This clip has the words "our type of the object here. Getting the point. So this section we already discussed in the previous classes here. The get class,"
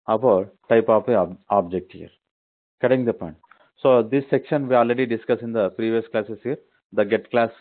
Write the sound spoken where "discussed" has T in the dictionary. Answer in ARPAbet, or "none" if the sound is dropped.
none